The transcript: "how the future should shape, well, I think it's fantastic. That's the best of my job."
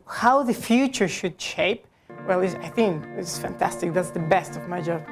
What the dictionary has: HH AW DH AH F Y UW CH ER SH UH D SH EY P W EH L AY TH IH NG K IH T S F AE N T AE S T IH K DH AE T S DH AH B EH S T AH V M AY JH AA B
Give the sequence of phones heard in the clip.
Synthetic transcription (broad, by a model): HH AW DH AH F Y UW CH ER SH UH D SH EY P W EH L AY TH IH NG K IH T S F AE N T AE S T IH K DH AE T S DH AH B EH S T AH V M AY JH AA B